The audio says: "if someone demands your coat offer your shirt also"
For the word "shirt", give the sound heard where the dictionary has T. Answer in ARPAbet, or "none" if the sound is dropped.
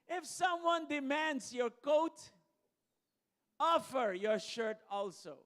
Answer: T